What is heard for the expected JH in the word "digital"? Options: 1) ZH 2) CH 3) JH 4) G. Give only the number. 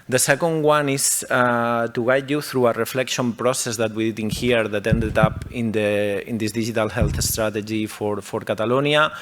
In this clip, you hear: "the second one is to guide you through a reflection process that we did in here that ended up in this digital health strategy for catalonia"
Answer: 1